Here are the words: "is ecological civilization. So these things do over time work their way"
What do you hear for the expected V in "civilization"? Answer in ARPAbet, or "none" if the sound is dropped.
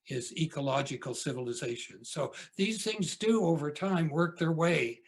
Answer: V